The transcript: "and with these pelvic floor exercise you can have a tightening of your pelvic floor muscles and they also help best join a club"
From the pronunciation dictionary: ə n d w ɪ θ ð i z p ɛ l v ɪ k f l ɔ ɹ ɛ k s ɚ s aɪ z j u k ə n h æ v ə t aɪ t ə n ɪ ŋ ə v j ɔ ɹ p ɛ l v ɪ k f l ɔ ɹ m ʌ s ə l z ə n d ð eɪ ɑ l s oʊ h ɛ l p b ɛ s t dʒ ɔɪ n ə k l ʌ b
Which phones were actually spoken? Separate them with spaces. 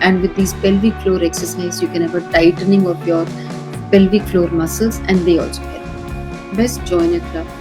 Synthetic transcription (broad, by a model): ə n d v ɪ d i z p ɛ l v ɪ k f l ɔ ɹ ɛ k s ɚ s aɪ z j u k ə n h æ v ə t aɪ t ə n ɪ ŋ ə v j ɔ ɹ p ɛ l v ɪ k f l ɔ ɹ m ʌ s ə z ə n d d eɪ ɑ l s oʊ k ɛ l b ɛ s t dʒ ɔɪ n ə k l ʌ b